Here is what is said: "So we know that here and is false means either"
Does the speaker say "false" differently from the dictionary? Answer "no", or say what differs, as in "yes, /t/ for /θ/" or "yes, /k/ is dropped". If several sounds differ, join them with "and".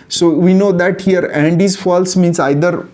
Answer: no